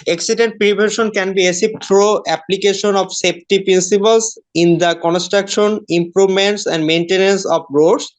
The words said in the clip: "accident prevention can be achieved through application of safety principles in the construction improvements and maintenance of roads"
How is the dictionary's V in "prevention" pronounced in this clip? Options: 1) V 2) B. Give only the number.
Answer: 2